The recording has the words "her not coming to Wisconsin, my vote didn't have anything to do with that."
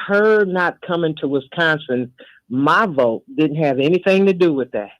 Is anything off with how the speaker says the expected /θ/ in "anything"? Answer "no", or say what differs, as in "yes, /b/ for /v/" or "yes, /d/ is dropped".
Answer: no